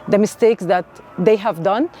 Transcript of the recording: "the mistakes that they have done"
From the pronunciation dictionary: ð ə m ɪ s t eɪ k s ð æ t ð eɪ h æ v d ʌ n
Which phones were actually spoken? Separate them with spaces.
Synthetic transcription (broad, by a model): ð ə m ɪ s t eɪ k s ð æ t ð eɪ h æ v d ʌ n